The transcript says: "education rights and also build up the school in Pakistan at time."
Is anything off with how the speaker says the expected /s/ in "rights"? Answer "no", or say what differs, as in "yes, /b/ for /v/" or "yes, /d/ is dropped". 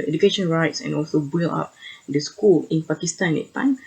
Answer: no